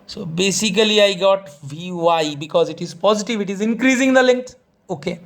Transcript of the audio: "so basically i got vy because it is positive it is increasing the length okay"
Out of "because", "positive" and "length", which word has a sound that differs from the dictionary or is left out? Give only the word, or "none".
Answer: length